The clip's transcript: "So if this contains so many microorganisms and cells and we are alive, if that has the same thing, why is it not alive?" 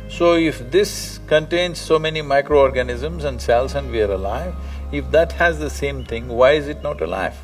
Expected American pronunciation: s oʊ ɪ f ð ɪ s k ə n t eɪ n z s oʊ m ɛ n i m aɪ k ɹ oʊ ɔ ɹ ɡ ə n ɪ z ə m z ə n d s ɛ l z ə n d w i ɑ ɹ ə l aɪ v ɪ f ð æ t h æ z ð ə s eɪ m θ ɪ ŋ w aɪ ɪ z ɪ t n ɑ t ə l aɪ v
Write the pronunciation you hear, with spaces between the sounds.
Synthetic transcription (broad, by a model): s oʊ ɪ f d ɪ s k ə n t eɪ n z s oʊ m ɛ n i m aɪ k ɹ oʊ ɔ ɹ ɡ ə n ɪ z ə m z ə n d s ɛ l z ə n d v i ɑ ɹ ə l aɪ v ɪ f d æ t h æ z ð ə s eɪ m t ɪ ŋ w aɪ ɪ z ɪ t n ɑ t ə l aɪ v